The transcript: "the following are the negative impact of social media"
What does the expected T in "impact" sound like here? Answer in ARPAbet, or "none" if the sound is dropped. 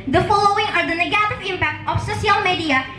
T